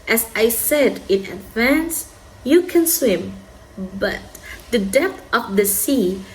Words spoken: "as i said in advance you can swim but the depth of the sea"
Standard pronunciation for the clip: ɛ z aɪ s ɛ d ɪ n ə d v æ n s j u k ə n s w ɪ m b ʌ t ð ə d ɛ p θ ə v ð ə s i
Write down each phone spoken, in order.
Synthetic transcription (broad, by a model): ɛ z aɪ s ɛ d ɪ n ə d v æ n s j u k ə n s w ɪ m b ʌ t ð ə d ɛ p θ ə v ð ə s i